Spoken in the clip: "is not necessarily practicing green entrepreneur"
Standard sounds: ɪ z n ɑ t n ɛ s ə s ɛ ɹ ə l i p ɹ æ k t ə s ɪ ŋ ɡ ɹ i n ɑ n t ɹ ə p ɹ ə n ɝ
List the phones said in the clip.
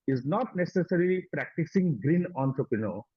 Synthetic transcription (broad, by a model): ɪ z n ɑ t n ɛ s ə s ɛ ɹ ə l i p ɹ æ k t ə s ɪ ŋ ɡ ɹ i n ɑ n t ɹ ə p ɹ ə n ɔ